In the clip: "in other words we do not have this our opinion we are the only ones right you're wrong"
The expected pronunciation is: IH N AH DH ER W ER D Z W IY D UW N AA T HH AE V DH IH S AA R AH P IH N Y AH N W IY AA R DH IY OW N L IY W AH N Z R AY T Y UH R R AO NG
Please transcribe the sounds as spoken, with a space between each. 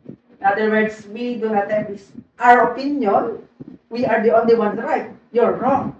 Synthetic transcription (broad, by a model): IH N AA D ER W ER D S W IY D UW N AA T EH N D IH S AA R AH P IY N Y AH N W IY AA R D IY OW N L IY W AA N R AY T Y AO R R AO NG